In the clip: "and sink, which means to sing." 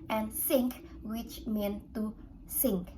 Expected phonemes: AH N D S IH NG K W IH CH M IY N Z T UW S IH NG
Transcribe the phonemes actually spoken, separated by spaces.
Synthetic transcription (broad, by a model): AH N S IH NG K W IH CH M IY N T UW S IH NG